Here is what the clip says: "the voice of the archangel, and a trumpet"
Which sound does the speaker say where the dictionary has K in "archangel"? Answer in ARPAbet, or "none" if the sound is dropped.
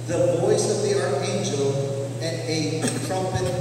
none